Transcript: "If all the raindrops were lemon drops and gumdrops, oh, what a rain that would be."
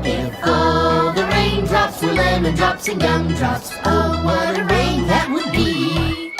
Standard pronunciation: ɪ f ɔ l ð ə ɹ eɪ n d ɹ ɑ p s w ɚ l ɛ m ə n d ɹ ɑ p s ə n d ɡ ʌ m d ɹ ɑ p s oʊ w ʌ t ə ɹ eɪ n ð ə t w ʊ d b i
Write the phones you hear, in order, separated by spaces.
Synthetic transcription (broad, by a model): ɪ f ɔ ð ə ɹ eɪ n d ɹ ɑ p s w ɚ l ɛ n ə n d ɹ ɑ p s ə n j ʌ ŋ d ɹ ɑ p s oʊ w ʌ t ə ɹ eɪ n ð ə t w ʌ d b i